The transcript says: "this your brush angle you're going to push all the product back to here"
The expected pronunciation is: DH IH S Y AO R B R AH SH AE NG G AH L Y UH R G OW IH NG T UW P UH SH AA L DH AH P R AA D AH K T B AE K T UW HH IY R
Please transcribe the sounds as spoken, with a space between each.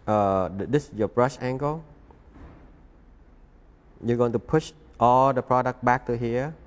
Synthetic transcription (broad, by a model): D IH S Y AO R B R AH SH AE NG G AH L Y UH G OW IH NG T UW P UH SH AA L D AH P R AA D AH K T B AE K T UW HH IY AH